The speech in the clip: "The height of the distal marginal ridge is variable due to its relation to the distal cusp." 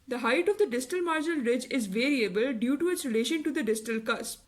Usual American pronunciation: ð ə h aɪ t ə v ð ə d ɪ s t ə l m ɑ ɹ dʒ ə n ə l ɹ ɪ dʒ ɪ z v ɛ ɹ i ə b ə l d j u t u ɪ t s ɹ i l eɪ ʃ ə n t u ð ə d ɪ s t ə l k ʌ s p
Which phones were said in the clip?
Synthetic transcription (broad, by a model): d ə h aɪ t ə v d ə d ɪ s t ə l m ɑ ɹ dʒ ə n ə l ɹ ɪ dʒ ɪ z v ɛ ɹ i ə b ə l d j u t u ɪ t s ɹ i l eɪ ʃ ə n t u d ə d ɪ s t ə l k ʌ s